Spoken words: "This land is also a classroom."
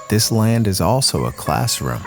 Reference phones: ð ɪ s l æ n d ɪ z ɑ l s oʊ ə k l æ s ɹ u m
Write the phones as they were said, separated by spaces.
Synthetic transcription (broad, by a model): ð ɪ s l æ n d ɪ z ɑ l s oʊ ə k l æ s ɹ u m